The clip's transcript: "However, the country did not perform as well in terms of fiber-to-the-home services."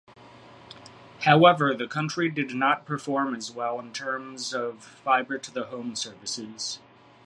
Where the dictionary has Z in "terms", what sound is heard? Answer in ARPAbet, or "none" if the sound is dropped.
Z